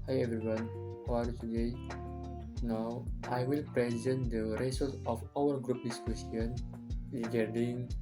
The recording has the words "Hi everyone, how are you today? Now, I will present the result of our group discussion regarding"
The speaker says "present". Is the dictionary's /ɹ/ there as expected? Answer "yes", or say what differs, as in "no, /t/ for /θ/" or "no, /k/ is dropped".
yes